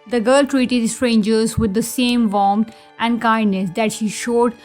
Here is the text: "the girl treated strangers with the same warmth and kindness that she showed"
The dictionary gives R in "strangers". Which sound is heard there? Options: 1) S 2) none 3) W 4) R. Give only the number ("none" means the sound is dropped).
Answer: 4